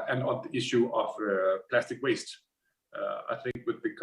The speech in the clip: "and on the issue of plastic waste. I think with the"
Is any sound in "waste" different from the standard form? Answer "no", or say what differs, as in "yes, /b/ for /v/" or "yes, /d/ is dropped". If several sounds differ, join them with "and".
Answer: no